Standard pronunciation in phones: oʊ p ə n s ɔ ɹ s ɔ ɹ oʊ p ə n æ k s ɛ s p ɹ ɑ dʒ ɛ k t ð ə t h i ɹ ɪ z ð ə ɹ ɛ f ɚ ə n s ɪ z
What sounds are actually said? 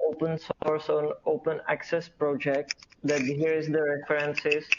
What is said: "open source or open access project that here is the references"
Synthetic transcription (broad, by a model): oʊ p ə n s ɔ ɹ s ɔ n oʊ p ə n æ k s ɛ s p ɹ ɑ dʒ ɛ k t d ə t h i ɹ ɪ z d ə ɹ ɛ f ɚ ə n s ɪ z